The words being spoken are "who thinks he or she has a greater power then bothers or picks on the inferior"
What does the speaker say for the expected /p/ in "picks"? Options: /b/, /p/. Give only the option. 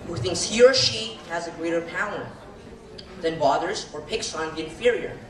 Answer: /p/